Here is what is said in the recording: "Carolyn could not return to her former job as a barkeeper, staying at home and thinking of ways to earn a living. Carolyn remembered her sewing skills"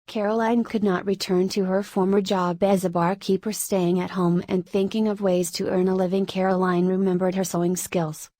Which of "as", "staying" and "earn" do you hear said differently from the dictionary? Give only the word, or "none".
none